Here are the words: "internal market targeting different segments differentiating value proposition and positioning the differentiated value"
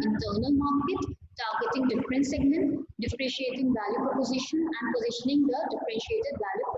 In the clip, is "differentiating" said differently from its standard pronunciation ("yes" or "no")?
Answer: yes